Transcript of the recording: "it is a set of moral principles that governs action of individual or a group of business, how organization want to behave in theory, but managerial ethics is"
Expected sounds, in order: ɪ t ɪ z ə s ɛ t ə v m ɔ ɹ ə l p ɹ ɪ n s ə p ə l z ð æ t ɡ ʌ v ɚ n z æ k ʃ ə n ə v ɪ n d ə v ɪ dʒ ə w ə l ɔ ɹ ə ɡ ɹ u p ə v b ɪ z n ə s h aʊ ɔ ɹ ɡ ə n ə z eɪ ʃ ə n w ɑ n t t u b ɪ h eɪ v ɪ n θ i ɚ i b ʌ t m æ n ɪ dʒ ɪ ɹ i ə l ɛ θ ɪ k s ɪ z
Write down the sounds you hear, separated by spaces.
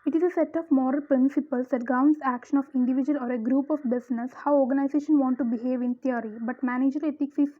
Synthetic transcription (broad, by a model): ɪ t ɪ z ə s ɛ t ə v m ɔ ɹ ə l p ɹ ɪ n s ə p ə l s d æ t ɡ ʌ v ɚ n s æ k ʃ ə n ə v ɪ n d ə v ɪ dʒ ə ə l ɔ ɹ ə ɡ ɹ u p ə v b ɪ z n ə s h aʊ ɔ ɹ ɡ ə n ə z eɪ ʃ ə n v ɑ n t t u b ɪ h eɪ v ɪ n t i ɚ i b ʌ t m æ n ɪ dʒ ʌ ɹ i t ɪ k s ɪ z